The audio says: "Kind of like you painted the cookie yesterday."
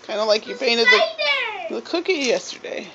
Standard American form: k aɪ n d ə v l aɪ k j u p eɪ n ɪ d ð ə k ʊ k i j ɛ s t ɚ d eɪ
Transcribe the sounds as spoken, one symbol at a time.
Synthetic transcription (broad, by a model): k aɪ n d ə l aɪ k j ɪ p eɪ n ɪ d ð ə k ʊ k i j ɛ s t ɚ d eɪ